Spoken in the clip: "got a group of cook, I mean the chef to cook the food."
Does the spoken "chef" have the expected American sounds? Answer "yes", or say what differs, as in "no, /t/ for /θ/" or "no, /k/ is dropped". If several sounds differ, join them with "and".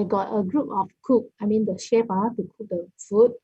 no, /p/ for /f/